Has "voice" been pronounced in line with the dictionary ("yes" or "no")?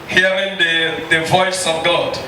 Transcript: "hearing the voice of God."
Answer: yes